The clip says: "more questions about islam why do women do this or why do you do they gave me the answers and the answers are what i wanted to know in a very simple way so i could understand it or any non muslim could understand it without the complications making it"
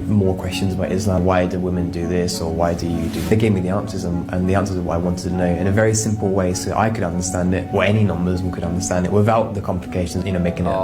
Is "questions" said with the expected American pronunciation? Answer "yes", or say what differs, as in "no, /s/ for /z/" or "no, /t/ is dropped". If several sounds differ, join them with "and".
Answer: yes